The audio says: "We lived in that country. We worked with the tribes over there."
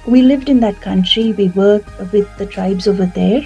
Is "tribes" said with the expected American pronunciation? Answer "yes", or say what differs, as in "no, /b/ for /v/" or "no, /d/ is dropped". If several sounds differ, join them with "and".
yes